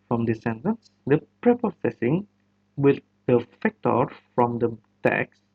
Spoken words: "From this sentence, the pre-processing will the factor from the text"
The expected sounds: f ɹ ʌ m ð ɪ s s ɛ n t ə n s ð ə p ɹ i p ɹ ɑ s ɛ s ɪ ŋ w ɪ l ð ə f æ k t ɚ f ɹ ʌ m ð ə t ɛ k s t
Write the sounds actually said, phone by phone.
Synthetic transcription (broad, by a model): f ɹ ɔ m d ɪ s s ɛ n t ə n s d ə p ɹ i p ɑ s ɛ s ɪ ŋ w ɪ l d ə f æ k t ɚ f ɹ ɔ m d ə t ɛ k s